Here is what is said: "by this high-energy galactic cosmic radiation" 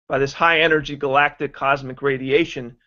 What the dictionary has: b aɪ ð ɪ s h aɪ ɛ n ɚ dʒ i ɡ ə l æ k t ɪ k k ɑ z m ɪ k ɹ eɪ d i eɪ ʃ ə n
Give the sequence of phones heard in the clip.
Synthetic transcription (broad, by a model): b aɪ ð ɪ s h aɪ ɛ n ɚ dʒ i ɡ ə l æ k t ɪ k k ɑ z m ɪ k ɹ eɪ d i eɪ ʃ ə n